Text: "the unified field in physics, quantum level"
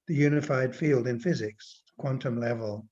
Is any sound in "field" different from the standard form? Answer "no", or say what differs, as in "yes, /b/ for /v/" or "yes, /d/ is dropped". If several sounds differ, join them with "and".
no